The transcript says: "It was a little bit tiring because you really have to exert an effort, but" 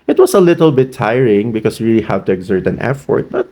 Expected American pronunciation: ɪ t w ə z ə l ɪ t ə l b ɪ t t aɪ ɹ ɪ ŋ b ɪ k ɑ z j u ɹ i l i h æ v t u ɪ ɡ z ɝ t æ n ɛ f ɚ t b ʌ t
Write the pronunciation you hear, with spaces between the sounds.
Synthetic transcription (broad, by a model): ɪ t w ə s ə l ɪ t ə l b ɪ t t aɪ ɹ ɪ ŋ b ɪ k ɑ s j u ɹ i l i h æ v t u ɪ ɡ z ɝ t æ n ɛ f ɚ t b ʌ t